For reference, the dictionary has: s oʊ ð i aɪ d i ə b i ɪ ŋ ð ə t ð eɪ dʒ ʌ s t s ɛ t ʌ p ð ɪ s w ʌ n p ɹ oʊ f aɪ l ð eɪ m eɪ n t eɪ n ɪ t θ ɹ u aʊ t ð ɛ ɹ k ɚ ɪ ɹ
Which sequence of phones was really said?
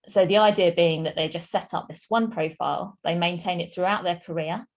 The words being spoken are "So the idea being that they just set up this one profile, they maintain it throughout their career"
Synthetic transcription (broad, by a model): s oʊ ð i aɪ d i ə b i ɪ ŋ ð ə t ð eɪ dʒ ʌ s t s ɛ t ʌ p ð ɪ s w ʌ n p ɹ oʊ f aɪ l ð eɪ m eɪ n t eɪ n ɪ t θ ɹ u aʊ t ð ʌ k ɚ ɪ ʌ